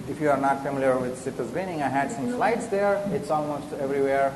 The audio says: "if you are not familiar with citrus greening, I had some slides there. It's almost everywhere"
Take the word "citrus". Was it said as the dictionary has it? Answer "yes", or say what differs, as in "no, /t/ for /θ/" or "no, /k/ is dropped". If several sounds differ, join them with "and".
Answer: no, /ɹ/ is dropped